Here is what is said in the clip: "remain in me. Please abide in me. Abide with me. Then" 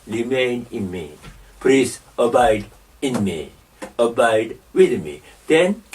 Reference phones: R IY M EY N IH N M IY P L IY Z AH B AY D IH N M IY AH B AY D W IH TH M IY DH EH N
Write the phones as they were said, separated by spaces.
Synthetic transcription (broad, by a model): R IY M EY N IH N M IY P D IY S AH B AY D IH N M IY AH B AY D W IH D M IY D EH N